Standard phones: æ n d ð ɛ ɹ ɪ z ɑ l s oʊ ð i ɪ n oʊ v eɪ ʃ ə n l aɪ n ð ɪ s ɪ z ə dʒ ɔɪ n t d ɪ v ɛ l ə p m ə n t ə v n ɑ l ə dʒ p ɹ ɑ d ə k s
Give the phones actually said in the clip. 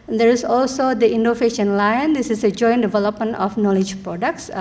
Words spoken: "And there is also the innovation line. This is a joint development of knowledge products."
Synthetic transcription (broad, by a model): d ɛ ɹ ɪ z ɑ l s oʊ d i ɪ n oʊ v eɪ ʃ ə n l aɪ n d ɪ s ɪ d ə dʒ ɔɪ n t d ɪ v ɛ l ə p m ə n t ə f n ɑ l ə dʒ p ɹ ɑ d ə k s